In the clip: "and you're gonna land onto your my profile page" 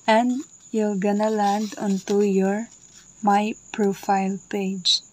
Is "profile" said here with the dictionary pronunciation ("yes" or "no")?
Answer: yes